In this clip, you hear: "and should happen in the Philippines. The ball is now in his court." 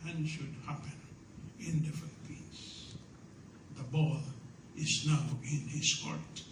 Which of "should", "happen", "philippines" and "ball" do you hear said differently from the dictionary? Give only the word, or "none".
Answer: philippines